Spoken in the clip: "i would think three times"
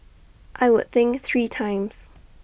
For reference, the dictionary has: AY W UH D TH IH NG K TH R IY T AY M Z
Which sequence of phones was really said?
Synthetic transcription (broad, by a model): AY W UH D TH IH NG K TH R IY T AY M Z